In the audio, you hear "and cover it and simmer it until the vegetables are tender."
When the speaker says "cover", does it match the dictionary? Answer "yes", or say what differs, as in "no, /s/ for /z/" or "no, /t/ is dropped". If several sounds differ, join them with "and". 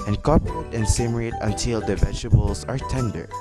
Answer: no, /p/ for /v/